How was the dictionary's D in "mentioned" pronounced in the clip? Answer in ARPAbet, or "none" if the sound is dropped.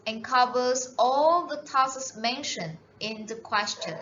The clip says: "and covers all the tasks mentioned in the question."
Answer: none